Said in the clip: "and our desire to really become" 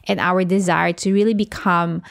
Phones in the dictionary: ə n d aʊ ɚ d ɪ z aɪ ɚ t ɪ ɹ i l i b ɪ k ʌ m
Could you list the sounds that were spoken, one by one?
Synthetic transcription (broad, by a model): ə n aʊ ɚ d ɪ z aɪ ɚ t ɪ ɹ i l i b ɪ k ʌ m